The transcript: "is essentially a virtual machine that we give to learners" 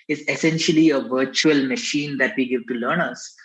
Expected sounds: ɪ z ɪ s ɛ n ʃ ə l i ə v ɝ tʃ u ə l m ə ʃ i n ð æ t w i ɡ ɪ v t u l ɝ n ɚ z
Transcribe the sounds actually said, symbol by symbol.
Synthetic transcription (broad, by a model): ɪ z ɪ s ɛ n ʃ ə l i ə v ɝ tʃ u ə l m ə ʃ i n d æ t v i ɡ ɪ v t u l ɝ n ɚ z